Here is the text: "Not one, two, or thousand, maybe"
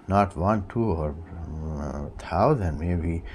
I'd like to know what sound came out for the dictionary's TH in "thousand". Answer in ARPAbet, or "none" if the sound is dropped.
T